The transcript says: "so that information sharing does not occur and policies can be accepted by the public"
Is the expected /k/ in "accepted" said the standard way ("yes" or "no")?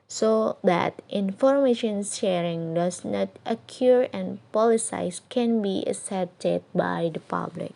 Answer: no